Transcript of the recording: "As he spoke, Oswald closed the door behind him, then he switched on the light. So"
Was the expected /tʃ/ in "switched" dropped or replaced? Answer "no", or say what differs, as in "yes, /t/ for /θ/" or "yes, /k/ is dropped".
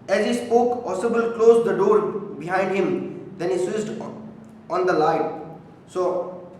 yes, /s/ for /tʃ/